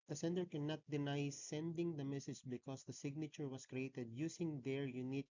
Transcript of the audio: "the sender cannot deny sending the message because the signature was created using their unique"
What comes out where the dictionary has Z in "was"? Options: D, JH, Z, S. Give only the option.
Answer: S